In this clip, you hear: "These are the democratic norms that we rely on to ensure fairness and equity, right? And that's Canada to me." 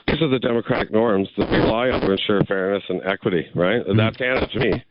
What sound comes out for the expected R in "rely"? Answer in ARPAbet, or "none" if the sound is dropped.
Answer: L